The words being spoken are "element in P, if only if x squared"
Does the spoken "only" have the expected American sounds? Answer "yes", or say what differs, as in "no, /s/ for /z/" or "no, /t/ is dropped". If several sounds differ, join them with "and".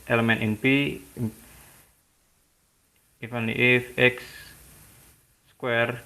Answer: no, /l/ is dropped